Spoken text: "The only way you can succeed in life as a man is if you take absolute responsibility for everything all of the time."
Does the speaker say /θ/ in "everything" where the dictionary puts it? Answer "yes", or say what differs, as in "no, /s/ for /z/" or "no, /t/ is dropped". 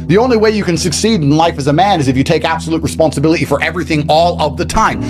yes